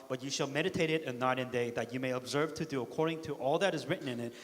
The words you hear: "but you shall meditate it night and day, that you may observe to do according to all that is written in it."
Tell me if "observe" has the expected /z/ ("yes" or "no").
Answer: yes